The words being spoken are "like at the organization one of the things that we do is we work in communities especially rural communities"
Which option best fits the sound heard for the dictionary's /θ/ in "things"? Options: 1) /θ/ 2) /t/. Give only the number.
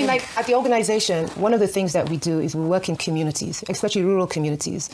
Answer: 1